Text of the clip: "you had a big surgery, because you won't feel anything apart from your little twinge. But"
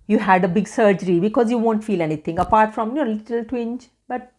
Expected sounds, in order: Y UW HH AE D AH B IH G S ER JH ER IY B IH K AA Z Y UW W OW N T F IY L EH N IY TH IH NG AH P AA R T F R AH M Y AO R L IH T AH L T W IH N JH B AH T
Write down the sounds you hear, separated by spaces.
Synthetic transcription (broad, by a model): Y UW HH AE D AH B IH G S ER JH ER IY B IH K AA Z Y UW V OW N T F IY L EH N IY T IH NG AH P AA R T F R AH M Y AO L IH T AH L T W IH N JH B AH T